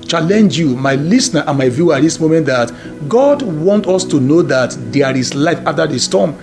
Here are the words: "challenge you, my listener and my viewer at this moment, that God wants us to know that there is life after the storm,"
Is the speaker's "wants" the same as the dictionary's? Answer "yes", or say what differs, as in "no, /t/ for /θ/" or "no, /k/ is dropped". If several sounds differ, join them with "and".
no, /s/ is dropped